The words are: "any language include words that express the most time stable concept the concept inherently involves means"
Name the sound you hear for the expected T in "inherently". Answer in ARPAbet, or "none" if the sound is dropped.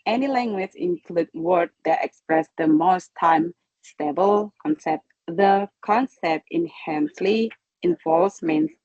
S